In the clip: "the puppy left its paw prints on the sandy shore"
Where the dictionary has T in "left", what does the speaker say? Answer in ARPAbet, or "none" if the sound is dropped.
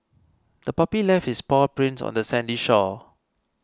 none